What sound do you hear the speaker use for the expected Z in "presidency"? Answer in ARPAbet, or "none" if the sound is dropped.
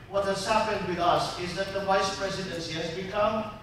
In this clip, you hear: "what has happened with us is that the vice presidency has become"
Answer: Z